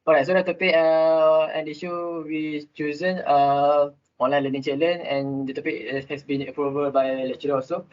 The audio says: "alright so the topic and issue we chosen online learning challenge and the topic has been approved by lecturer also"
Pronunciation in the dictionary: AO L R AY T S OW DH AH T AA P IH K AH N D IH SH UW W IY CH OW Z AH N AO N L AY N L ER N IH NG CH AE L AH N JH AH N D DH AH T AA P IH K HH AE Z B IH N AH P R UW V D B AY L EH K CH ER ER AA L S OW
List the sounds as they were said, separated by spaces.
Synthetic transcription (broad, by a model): AO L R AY T S OW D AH T AA P IH K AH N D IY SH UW W IY CH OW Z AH N AO N L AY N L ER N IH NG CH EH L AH N AH N D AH T AA P IH K HH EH S B IH N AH P R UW V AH B AY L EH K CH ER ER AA S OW